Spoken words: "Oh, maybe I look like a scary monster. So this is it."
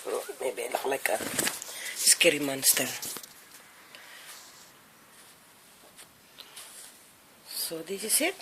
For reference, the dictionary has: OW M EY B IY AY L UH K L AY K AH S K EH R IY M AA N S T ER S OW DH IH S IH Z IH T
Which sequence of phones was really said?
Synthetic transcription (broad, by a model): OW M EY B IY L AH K L AY K AH S K EH R IY M AA N S T ER S OW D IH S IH S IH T